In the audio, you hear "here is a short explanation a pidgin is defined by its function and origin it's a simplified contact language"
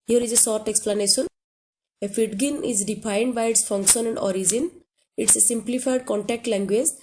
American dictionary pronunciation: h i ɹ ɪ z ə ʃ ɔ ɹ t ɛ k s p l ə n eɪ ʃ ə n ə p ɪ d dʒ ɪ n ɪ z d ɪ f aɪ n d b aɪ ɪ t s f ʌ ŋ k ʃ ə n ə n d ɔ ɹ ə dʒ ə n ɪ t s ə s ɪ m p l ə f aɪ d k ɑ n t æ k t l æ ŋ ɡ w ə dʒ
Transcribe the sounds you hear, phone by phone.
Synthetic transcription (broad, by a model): h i ɹ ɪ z ə s ɔ ɹ t ɛ k s p l ə n eɪ ʃ ə n ə f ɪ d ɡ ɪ n ɪ z d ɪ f aɪ n d b aɪ ɪ t s f ʌ ŋ k ʃ ə n ə n d ɔ ɹ ə dʒ ə n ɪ t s ə s ɪ m p l ə f aɪ d k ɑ n t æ k t l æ ŋ ɡ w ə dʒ